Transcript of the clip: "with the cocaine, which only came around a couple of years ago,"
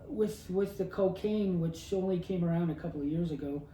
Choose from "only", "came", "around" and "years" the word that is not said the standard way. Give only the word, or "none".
none